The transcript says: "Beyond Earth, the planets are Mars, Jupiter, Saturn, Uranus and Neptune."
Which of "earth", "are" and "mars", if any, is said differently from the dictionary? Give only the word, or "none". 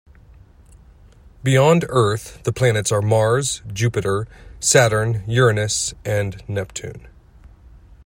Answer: none